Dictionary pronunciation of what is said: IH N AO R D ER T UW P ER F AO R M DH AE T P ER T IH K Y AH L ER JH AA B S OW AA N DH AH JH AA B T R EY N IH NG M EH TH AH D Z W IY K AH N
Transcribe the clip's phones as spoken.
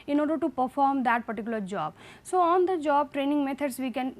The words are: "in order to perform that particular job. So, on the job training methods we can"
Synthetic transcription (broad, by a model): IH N AO R D ER T UW P ER F AO R M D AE T P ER T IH K Y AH L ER JH AA B S OW AA N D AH JH AA B T R EY N IH NG M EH T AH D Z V IY K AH N